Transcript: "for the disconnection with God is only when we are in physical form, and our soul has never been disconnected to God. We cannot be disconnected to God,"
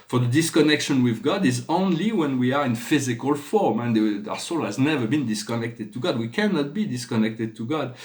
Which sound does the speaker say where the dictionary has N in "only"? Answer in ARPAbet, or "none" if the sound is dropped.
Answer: N